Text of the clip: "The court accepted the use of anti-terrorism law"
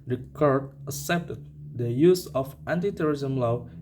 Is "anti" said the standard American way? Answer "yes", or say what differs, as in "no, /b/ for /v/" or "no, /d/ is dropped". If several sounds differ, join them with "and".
yes